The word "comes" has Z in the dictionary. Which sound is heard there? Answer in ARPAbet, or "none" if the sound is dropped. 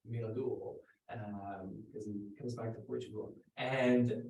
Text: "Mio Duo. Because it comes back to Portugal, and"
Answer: Z